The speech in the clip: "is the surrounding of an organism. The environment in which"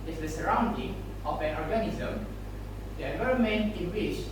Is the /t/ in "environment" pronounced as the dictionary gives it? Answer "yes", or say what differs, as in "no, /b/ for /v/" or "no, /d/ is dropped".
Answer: no, /t/ is dropped